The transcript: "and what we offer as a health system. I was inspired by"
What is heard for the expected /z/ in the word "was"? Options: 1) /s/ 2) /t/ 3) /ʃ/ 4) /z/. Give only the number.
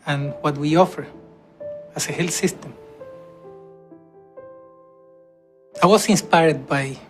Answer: 1